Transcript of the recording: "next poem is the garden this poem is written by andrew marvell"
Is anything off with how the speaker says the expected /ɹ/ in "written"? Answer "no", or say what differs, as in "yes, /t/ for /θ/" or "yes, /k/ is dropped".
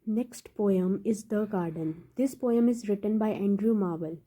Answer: no